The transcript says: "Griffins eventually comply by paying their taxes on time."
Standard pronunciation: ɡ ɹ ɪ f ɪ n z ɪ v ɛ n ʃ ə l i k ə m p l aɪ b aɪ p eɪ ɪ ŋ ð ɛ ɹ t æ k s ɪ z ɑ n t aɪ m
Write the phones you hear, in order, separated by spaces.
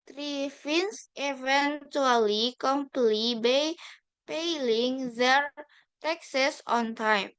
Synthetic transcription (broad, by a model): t ɹ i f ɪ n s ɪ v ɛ n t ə l i k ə m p l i b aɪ p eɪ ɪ ŋ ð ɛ ɹ t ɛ k s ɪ s ɑ n t aɪ m